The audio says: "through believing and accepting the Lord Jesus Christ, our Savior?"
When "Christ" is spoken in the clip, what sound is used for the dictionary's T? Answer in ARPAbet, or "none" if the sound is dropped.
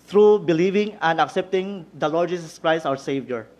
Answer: none